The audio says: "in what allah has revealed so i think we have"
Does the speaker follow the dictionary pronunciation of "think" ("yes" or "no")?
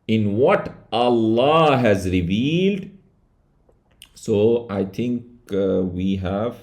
no